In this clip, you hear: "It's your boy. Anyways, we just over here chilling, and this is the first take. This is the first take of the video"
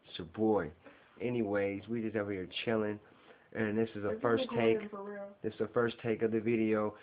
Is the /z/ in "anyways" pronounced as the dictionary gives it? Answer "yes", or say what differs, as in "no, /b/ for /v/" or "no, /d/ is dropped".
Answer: yes